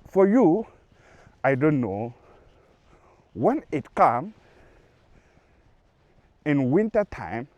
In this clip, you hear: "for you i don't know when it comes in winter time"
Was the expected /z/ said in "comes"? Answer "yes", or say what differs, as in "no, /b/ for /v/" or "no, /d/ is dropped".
no, /z/ is dropped